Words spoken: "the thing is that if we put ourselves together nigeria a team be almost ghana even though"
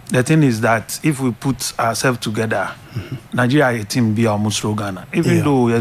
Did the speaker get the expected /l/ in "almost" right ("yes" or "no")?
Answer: no